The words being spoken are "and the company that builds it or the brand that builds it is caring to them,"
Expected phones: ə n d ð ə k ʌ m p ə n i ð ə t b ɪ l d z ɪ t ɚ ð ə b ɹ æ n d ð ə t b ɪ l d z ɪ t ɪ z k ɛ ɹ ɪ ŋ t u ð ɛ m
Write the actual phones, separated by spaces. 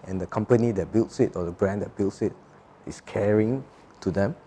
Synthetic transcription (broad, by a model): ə n d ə k ʌ m p ə n i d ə t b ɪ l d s ɪ t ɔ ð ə b ɹ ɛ n d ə t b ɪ l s ɪ t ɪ s k ɛ ɹ ɪ ŋ t u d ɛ m